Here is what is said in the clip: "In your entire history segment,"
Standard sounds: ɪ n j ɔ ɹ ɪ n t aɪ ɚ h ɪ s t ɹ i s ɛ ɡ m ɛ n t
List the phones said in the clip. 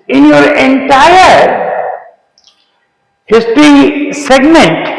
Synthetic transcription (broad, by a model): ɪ n j ɔ ɹ ɪ n t aɪ ɚ h ɪ s t ɹ i s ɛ ɡ m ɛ n t